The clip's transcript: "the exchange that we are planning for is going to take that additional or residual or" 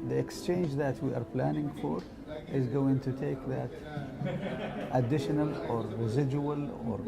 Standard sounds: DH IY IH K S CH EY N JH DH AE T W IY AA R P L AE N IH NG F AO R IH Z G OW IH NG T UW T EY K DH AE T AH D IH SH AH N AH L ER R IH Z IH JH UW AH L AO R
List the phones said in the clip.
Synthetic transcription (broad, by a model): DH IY IH K S CH EY N JH DH AE T W IY AA R P L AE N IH NG F AO R IH Z G OW IH NG T UW T EY K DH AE T AH D IH SH AH N AH L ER R IH Z IH JH UW AH L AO R